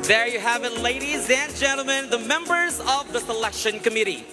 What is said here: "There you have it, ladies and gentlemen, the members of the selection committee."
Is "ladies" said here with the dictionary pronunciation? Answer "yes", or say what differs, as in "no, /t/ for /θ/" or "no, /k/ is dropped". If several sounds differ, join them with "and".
yes